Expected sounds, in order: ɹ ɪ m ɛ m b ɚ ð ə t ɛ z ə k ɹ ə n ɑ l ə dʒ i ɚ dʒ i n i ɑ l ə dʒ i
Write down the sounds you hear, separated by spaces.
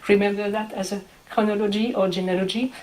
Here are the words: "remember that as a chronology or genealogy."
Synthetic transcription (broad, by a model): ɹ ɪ m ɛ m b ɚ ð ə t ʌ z ə k ə n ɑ l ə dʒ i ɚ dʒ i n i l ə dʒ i